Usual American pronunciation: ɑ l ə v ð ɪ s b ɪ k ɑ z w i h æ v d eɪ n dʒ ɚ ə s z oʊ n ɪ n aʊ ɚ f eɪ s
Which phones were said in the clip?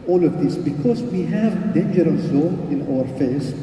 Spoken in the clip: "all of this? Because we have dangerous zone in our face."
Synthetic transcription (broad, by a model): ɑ l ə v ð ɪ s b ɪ k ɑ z w i h æ v d eɪ n dʒ ɚ ə s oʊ ɪ n aʊ ɚ f eɪ s